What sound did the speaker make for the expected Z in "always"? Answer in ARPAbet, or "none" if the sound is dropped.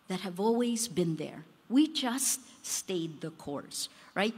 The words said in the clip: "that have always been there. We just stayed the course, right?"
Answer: Z